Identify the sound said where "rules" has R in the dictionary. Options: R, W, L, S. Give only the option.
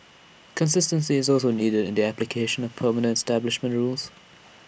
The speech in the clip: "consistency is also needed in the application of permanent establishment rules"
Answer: R